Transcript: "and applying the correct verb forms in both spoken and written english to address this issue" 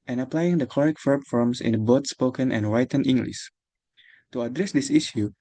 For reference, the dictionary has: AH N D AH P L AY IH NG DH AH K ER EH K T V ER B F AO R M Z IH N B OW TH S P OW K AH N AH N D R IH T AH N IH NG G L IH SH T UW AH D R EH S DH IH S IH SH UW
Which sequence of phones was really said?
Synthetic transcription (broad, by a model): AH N AH P L AY IH NG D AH K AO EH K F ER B F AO R M S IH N B OW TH S P OW K AH N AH N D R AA T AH N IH NG G L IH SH T UW AH D R EH S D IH S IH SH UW